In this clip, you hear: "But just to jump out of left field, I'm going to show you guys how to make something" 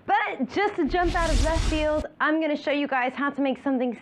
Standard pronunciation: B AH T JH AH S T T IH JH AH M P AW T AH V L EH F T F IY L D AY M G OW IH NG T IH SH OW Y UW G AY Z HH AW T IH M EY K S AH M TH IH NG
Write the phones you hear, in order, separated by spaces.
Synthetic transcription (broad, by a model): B AH T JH AH S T T IH JH AH M P AW T AH V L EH T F IY L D AY M G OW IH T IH SH OW Y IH G AY Z HH AW T IH M EY K S AH M TH IH NG